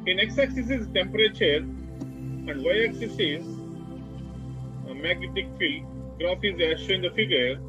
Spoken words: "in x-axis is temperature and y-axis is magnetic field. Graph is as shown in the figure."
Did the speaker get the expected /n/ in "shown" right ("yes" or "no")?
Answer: no